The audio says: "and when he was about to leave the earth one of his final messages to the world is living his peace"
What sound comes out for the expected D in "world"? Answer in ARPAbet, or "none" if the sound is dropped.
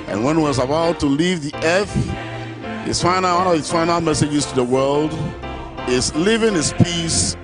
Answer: D